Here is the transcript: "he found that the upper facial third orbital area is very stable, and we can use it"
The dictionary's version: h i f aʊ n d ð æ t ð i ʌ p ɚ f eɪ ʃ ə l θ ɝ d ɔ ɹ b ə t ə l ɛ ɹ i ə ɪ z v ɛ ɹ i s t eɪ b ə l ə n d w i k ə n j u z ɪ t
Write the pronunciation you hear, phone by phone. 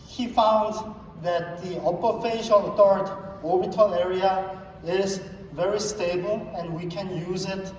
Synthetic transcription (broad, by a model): h i f aʊ n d ð æ t ð i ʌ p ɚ f eɪ ʃ ə l t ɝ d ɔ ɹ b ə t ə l ɛ ɹ i ə ɪ z v ɛ ɹ i s t eɪ b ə l ə n d w i k ə n j u z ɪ t